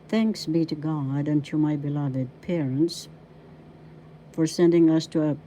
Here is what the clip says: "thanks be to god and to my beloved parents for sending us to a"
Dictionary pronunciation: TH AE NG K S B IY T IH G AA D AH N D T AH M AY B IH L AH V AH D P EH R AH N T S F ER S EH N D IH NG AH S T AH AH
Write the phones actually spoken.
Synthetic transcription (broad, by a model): TH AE NG K S B IY T IH G AA D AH N T AH M AY B IH L AH V AH D P EH R AH N T S F ER S EH N D IH NG AH S T AH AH